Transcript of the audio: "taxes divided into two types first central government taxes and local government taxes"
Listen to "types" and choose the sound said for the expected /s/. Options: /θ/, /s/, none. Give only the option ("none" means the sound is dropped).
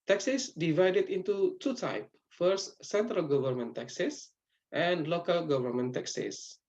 none